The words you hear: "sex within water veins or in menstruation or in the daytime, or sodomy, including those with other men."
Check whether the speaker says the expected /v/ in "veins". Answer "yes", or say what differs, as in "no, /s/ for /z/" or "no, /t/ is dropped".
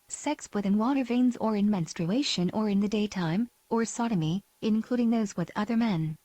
yes